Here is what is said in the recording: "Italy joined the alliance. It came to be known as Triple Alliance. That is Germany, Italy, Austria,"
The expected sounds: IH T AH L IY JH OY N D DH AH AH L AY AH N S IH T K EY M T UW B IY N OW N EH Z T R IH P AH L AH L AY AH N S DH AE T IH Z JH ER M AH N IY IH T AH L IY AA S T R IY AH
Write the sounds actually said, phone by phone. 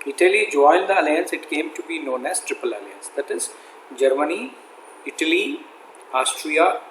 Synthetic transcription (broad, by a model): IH T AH L IY JH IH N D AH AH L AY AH N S IH T K EY M T UW B IY N OW N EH S T R IH P AH L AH L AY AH N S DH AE T IH Z JH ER M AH N IY IH T AH L IY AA S T R IY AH